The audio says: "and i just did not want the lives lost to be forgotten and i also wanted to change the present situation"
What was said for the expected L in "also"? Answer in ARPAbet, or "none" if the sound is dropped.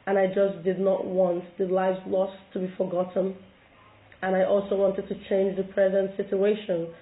L